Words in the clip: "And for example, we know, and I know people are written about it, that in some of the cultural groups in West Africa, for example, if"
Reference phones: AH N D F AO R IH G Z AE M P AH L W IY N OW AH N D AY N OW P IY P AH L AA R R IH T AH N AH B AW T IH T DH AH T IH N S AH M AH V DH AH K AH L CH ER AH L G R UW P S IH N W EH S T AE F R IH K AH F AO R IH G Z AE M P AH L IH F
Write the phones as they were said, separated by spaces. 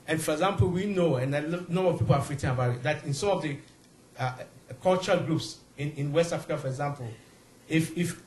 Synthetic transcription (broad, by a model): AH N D F AO R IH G Z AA M P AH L W IY N OW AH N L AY N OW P IY P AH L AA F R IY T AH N AH B AW T IH T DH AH T IH N S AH M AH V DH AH K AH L CH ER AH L G R UW P S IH N W EH S T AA F R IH K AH F AO R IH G Z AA M P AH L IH F